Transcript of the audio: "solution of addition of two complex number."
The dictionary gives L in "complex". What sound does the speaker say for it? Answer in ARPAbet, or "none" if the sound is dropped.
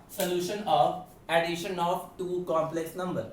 L